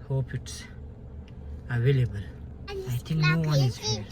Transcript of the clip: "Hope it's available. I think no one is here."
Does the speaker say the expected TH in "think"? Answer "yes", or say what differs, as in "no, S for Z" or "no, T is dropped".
no, T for TH